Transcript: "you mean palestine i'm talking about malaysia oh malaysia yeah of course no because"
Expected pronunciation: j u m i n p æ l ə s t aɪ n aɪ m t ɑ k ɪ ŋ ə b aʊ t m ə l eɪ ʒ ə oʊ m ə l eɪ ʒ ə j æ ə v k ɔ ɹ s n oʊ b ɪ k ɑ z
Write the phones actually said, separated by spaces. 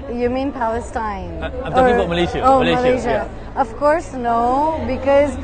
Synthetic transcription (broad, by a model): j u m i n p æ l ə s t t ɑ ɪ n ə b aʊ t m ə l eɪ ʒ oʊ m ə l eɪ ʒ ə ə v k ɔ ɹ s n oʊ b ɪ k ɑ z